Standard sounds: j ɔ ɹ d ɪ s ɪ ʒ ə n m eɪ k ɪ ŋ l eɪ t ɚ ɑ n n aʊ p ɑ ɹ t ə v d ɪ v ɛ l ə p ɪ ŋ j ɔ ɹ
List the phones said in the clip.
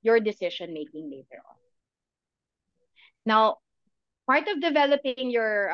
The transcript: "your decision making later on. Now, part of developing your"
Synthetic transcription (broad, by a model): j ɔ ɹ d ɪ s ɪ ʃ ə n m eɪ k ɪ ŋ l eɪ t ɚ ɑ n n aʊ p ɑ ɹ t ə v d ɪ v ɛ l ə p ɪ ŋ j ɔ ɹ